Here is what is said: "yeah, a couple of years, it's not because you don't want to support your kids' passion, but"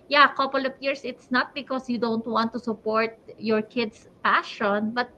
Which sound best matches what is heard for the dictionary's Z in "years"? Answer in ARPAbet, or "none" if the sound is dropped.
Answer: S